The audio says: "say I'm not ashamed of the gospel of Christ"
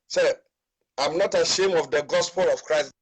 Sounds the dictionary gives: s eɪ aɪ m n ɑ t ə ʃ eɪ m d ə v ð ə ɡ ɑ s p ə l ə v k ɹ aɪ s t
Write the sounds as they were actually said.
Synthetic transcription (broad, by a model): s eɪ aɪ m n ɑ t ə ʃ eɪ m ə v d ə ɡ ɑ s p ə l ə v k ɹ aɪ s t